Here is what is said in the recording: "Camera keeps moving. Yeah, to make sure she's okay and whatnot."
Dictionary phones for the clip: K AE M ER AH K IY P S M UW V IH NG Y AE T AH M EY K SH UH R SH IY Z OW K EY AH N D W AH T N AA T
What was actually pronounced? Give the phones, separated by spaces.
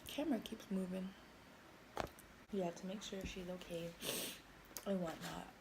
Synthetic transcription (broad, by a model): K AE M ER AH K IY P S M UW V IH NG Y AE T AH M EY K SH UH R SH IY Z OW K EY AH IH W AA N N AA T